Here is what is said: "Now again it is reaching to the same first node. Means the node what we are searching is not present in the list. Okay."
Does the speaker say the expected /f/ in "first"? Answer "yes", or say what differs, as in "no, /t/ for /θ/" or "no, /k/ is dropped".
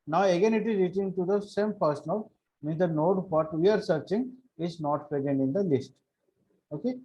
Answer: no, /p/ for /f/